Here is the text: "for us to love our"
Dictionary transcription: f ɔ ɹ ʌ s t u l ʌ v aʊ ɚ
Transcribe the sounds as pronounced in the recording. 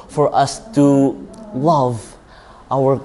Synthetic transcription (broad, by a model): f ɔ ɹ ʌ s t u l ʌ v aʊ ɚ